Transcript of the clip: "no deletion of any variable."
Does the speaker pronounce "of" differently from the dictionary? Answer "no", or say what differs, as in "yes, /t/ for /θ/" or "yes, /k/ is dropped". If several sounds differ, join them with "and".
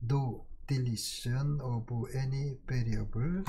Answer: yes, /b/ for /v/